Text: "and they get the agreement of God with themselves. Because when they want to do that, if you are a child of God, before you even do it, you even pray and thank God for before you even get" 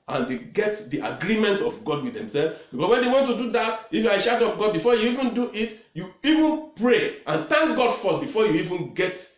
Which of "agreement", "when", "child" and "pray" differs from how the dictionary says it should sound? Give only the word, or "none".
child